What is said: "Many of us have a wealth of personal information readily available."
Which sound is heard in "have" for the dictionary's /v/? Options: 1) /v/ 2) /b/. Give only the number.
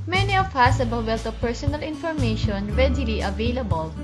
2